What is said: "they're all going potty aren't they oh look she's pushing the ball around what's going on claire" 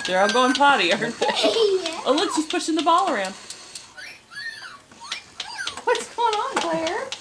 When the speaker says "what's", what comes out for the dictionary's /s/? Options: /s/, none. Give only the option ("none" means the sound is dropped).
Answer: /s/